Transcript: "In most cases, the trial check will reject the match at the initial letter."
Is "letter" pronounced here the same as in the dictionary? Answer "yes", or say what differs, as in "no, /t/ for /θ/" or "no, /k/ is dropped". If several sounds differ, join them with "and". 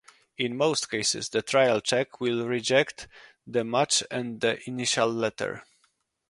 yes